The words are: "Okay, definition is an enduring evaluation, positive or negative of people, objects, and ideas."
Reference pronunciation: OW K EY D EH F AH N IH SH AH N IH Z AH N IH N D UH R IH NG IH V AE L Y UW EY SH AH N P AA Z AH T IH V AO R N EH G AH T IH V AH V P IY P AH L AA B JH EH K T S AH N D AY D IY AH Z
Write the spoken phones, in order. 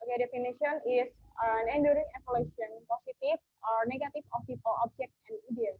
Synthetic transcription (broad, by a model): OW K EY D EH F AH N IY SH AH N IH S AH N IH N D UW R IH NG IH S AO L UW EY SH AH N P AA S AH T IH F AO R N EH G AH T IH F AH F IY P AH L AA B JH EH K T AH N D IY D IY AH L